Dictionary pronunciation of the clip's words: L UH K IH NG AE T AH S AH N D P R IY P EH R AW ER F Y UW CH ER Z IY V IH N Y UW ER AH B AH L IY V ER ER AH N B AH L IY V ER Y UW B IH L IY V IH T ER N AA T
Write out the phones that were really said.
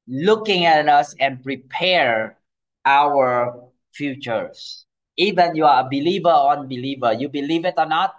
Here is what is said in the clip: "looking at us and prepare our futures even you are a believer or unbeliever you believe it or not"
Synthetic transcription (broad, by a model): L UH K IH NG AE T AH S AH N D P R IY P EH R AW ER F Y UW CH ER S IY V IH N Y UW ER AH B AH L IY V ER ER AH N B AH L IY V ER Y UW B IH L IY V IH T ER N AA T